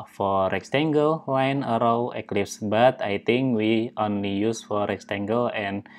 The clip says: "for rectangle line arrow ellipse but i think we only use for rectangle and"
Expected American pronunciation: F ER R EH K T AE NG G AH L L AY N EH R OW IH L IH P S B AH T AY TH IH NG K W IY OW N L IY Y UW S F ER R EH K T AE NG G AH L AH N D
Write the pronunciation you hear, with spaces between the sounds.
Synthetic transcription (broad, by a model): F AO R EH K T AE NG G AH L W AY N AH R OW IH L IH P S B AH T AY T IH NG K W IY OW N L IY Y UW S F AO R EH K T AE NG G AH L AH N